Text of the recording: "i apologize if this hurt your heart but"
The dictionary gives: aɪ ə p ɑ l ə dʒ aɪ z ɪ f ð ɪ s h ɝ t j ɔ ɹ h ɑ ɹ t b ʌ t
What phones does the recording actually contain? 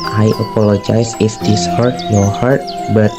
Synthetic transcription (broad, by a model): aɪ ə p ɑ l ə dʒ aɪ s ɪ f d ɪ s h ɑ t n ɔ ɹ h ɑ ɹ t b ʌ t